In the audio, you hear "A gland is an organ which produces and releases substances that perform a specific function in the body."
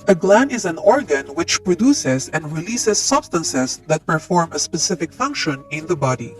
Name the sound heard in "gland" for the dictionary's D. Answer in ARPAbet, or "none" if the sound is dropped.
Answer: none